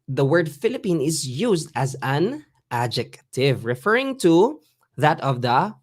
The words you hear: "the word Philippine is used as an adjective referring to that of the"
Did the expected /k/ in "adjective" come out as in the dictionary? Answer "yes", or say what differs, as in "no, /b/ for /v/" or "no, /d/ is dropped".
yes